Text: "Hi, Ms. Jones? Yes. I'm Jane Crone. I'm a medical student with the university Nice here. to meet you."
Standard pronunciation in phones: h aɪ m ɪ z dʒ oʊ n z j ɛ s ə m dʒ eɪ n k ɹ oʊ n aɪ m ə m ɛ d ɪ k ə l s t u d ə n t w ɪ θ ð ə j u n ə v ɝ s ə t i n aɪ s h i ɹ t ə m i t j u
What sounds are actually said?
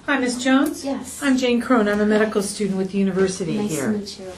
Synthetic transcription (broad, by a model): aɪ m ɪ s dʒ oʊ n z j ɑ ə m dʒ eɪ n k ɹ oʊ n aɪ m ə m ɛ d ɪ k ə l s t u d n t w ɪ ð ə j u n ə v ɝ s ə t i h i ɹ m